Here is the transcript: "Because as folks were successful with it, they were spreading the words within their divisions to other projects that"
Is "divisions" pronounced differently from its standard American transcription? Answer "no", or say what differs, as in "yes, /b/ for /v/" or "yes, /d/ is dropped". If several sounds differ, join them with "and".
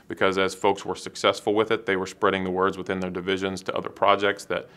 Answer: no